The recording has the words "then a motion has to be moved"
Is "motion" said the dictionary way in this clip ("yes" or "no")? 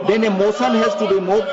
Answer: no